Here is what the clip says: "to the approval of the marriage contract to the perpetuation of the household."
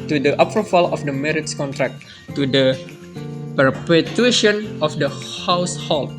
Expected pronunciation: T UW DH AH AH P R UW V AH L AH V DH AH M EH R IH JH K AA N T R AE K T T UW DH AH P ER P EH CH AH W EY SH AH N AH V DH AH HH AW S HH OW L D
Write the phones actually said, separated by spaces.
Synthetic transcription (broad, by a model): T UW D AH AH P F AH F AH L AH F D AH M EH R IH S K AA N T R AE K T T UW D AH P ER P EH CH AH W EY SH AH N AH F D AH HH AW S HH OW L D